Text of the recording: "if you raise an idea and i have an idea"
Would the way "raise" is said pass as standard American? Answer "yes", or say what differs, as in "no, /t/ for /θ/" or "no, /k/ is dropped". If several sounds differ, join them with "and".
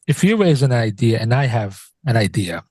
yes